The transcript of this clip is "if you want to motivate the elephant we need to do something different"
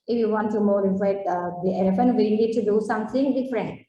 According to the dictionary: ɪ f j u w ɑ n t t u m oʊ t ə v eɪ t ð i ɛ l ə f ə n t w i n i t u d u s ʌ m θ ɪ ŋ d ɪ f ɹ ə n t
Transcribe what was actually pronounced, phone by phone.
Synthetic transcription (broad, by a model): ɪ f j u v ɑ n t t u m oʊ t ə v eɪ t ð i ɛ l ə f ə n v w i l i t u d u s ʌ m t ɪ ŋ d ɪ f ɹ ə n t